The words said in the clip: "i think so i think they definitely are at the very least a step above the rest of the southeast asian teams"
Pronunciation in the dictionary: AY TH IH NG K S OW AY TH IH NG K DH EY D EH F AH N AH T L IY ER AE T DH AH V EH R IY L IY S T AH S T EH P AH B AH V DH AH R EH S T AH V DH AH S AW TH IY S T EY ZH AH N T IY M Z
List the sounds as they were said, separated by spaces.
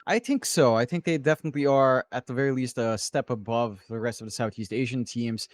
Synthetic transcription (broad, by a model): AY TH IH NG K S OW AY TH IH NG K DH EY D EH F AH N AH T L IY ER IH T DH AH V EH R IY L IY S T AH S T EH P AH B AH V DH AH R EH S T AH V DH AH S AW TH IY S T EY ZH AH N T IY M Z